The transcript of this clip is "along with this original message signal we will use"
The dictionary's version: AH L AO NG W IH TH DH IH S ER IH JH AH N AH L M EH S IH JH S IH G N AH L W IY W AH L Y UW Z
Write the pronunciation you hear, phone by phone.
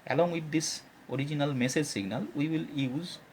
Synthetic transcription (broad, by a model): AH L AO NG W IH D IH S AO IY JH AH N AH L M EH S IH JH S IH G N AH L W IY W AH L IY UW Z